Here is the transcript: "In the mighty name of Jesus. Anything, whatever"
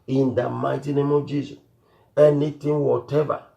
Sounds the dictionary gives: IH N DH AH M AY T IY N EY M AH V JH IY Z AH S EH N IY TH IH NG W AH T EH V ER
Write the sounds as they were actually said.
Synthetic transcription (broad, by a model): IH N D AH M AY T IY N EY M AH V JH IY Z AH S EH N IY T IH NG W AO T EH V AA